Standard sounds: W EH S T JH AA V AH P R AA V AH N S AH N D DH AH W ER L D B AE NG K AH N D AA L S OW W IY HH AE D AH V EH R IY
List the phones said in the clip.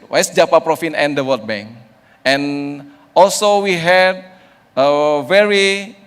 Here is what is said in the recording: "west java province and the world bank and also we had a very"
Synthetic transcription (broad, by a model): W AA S JH AA P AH P R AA F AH N AH N D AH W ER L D B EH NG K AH N AA L S OW W IY HH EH D AH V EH R IY